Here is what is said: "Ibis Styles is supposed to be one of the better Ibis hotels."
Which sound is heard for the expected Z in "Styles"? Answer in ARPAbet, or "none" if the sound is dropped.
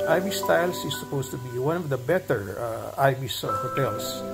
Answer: S